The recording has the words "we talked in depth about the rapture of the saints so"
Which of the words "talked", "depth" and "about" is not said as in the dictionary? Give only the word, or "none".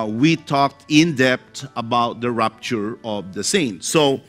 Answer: depth